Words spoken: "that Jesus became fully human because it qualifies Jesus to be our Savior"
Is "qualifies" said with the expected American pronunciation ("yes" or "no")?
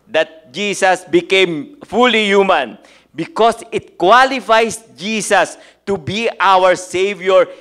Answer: no